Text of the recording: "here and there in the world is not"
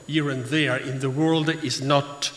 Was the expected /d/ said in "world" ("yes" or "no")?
yes